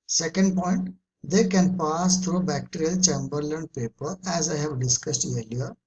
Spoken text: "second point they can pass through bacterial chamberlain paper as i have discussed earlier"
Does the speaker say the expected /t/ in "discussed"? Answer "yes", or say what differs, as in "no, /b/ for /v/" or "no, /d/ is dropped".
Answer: yes